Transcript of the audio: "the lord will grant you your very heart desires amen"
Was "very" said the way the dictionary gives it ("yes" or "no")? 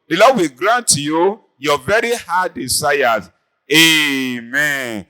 yes